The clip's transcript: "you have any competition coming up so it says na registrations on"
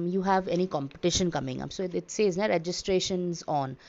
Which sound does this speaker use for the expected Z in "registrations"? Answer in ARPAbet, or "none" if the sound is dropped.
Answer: Z